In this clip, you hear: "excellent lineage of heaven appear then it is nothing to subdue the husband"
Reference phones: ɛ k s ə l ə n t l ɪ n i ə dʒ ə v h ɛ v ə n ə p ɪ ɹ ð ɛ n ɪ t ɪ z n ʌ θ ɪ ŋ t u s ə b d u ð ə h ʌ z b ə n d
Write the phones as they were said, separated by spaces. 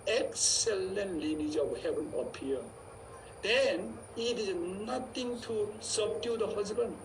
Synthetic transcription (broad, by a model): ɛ k s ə l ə n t l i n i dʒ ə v h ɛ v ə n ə p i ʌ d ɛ n ɪ t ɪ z n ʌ t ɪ ŋ t u s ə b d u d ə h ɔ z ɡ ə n